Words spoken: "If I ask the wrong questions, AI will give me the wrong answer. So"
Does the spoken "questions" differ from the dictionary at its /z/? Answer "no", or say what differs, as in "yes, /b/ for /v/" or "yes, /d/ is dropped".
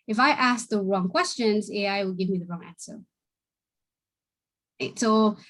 no